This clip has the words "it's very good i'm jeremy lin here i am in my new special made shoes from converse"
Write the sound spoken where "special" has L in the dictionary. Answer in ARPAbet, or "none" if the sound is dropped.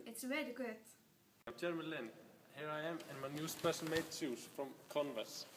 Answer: N